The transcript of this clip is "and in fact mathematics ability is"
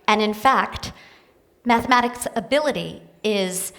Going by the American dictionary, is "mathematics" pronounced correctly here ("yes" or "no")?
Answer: yes